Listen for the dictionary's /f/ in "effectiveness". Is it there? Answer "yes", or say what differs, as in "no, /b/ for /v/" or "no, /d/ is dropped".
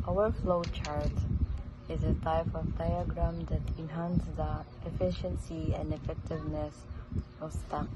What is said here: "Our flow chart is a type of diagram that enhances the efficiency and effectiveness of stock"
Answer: yes